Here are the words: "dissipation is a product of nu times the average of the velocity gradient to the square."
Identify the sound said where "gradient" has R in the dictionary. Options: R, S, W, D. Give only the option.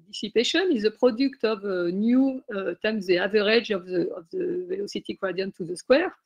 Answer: W